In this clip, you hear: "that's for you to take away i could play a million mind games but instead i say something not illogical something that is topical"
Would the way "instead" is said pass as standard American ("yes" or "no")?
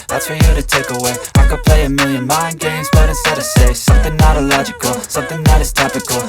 no